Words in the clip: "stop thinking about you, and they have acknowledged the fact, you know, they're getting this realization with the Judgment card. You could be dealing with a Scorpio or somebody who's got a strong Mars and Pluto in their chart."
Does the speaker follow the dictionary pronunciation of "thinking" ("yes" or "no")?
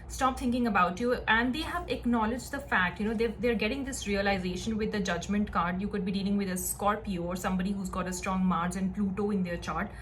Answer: no